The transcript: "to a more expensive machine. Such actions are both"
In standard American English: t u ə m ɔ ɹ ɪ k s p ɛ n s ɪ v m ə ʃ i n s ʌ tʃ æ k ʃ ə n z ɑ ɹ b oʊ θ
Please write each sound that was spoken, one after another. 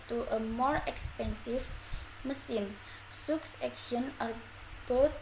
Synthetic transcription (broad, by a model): t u ə m ɔ ɹ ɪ k s p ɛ n s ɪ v m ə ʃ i n s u s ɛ k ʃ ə n ɑ ɹ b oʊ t